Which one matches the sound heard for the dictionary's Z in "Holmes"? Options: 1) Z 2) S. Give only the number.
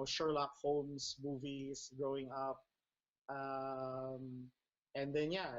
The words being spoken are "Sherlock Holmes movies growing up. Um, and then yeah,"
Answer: 2